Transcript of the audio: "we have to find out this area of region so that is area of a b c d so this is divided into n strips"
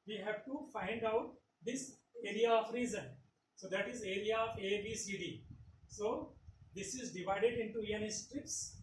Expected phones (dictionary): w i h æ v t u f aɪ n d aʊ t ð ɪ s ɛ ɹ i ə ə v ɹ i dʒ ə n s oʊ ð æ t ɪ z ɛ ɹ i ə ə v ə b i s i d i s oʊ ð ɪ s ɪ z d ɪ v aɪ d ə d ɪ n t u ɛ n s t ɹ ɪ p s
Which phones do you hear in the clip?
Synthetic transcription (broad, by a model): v i h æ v t u f aɪ n d aʊ t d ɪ s ɛ ɹ i ə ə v ɹ i z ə n s oʊ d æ t ɪ z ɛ ɹ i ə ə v ə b i s i d i s oʊ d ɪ s ɪ z d ɪ v aɪ d ə d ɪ n t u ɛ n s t ɹ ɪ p s